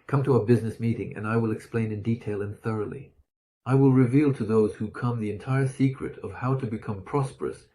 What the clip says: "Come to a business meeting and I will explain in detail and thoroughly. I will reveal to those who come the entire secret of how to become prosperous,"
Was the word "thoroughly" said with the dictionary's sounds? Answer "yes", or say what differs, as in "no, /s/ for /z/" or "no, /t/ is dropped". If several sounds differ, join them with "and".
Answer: yes